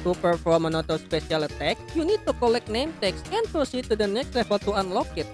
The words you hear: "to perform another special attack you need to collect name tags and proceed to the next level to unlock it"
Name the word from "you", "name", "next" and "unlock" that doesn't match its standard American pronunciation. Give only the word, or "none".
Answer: none